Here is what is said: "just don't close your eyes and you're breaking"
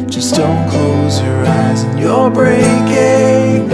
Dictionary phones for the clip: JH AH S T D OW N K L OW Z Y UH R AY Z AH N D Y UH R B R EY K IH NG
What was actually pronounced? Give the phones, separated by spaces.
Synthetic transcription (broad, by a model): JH AH S D OW N K L OW Z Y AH R AY Z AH N Y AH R B R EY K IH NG